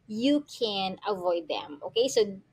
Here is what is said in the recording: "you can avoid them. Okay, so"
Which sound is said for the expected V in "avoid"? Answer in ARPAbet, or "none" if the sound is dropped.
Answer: V